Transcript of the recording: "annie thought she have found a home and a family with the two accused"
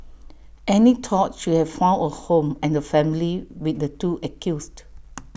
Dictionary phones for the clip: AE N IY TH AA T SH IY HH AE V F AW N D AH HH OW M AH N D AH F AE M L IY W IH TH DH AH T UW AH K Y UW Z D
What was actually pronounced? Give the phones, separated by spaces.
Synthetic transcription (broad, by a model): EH N IY T AA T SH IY HH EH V F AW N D AH HH OW M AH N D AH F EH M L IY W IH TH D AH T UW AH K Y UW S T